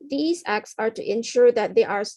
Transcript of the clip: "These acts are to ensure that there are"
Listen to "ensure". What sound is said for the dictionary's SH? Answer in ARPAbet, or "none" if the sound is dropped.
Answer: SH